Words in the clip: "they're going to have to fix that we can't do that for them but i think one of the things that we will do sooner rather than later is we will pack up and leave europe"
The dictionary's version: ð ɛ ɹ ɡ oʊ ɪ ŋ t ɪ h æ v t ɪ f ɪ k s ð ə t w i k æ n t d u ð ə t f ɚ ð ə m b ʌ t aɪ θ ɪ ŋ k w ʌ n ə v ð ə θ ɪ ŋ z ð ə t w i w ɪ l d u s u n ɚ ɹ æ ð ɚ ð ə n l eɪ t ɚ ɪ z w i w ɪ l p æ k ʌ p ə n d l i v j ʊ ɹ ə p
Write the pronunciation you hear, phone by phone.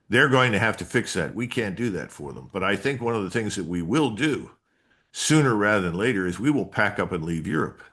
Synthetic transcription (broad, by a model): ð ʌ ɹ ɡ oʊ ɪ ŋ t ɪ h æ f t ɪ f ɪ k s ð ə t w i k æ n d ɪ ð ə t f ɚ ð ə m b ʌ t aɪ θ ɪ ŋ k w ʌ n ə v ð ə θ ɪ ŋ z ð ə t w i w ɪ l d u s u n ɚ ɹ æ ð ɚ ð ə n l eɪ t ɚ ɪ z w i w ɪ l p æ k ʌ p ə n l i v j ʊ ɹ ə p